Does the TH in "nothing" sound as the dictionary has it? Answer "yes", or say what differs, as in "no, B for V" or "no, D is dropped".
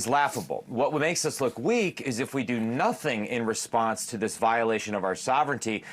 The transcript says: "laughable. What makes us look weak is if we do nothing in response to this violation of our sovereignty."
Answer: yes